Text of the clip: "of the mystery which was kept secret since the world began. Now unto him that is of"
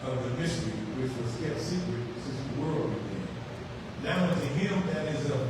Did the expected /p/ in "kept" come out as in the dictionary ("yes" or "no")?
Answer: no